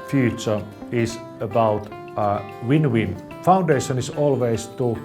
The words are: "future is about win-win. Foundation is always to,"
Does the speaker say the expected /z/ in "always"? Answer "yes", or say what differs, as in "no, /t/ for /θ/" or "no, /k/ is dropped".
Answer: no, /s/ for /z/